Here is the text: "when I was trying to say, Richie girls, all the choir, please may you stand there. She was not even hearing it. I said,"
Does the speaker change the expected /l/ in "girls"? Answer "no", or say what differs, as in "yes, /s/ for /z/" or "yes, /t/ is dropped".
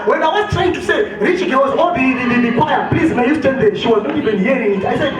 yes, /w/ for /l/